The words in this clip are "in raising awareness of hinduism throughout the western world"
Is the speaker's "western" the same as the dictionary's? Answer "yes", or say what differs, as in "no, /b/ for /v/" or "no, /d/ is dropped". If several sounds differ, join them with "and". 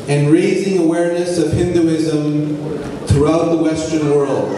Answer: yes